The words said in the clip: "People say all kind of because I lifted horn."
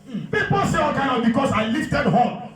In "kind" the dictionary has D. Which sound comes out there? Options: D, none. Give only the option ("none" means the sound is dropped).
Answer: none